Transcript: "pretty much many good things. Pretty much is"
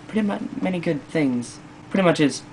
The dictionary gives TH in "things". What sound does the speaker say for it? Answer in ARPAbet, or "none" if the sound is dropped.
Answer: TH